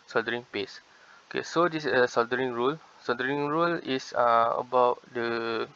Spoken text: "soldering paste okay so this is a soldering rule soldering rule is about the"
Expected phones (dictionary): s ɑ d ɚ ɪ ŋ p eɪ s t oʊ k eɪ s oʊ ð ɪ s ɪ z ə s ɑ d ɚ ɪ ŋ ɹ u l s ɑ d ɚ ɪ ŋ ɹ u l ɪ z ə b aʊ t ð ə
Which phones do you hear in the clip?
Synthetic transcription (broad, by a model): s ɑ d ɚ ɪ ŋ p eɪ s oʊ k eɪ s oʊ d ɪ s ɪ s ə s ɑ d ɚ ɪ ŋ ɹ u l s ɑ d ɚ ɪ ŋ ɹ u l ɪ s ə b aʊ t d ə